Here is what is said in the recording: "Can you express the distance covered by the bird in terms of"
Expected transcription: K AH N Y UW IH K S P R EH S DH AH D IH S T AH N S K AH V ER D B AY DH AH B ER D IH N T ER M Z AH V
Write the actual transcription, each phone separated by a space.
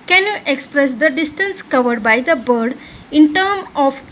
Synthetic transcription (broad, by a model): K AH N Y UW IH K S P R EH S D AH D IH S T AH N S K AH V ER D B AY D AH B ER D IH N T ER M AH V